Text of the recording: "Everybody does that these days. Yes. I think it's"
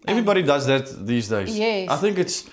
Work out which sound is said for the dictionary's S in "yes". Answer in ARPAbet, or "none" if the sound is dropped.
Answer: none